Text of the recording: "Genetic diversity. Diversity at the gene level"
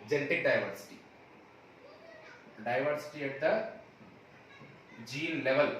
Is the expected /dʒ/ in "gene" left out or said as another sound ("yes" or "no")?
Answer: no